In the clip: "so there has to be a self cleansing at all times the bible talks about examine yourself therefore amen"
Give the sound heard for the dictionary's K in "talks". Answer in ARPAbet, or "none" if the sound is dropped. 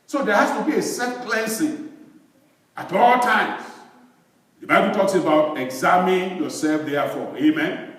K